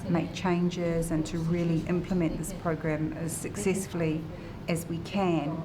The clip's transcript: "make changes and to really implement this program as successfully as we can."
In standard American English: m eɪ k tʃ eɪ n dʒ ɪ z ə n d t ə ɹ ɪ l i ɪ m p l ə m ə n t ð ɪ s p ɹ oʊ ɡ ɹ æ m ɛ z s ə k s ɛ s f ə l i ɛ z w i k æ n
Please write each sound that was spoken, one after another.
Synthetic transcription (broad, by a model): m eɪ k tʃ eɪ n dʒ ɪ z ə n t ə ɹ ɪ l i ɪ m p l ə m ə n ð ɪ s p ɹ oʊ ɡ ɹ æ m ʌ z s ə k s ɛ s f ə l i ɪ z w i k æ n